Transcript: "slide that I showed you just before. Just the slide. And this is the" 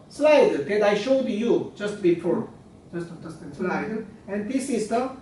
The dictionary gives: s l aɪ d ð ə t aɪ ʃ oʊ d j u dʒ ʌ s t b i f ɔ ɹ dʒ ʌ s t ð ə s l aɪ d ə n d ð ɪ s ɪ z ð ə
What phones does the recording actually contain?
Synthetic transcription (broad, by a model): s l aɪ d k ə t aɪ ʃ oʊ d j u dʒ ʌ s t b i p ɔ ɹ dʒ ʌ s t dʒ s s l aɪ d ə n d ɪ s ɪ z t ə